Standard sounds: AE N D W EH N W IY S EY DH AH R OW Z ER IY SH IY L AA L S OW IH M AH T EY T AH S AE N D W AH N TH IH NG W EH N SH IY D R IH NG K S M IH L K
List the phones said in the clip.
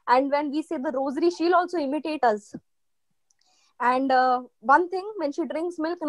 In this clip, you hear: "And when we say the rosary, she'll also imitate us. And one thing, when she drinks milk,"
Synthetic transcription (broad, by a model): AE N D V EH N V IY S EY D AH R OW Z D IY SH IY L AA L S OW IH M AH T EY T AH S AE N D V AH N T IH NG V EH N SH IY D R IH NG K S M IH L K